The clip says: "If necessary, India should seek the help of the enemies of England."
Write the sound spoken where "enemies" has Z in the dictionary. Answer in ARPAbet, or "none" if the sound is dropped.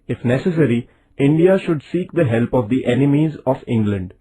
Z